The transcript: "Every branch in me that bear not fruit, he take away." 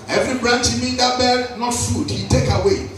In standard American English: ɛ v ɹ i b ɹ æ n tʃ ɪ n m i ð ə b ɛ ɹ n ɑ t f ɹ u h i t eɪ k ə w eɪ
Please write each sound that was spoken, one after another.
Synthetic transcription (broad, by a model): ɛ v ɹ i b ɹ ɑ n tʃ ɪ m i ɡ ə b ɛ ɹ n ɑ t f u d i t eɪ k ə w eɪ